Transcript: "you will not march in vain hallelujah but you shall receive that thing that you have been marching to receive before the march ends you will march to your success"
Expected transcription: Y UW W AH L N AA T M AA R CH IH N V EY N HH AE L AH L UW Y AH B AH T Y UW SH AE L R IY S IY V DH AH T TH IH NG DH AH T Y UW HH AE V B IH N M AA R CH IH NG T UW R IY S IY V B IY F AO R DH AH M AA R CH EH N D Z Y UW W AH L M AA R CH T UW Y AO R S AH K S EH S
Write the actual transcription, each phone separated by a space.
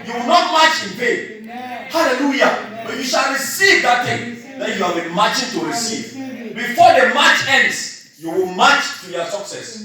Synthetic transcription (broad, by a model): Y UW W AH L N AA T M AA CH IH N P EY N HH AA L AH L UW Y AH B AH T Y UW SH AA L R IY S IY V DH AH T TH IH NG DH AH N Y UW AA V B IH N M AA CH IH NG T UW R IY S IY V B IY F AO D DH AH M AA CH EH N D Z Y UW W AH L M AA CH T UW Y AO S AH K S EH S